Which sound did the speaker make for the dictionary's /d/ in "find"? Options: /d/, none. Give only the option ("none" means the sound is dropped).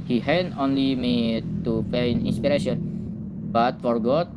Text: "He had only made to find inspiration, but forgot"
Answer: none